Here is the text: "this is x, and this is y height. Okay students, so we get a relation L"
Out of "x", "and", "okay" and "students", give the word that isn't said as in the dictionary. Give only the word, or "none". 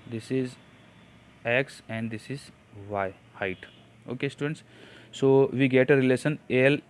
none